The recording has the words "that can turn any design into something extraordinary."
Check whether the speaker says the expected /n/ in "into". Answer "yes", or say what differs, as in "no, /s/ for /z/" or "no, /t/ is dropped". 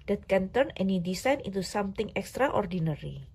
no, /n/ is dropped